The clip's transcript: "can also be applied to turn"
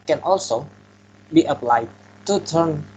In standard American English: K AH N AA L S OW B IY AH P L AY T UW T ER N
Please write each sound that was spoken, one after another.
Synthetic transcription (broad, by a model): K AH N AA L S OW B IY AH P L AY T UW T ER N